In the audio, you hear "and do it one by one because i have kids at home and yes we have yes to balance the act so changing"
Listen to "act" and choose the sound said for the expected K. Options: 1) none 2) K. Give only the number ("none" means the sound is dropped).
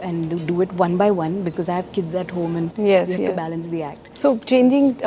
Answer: 2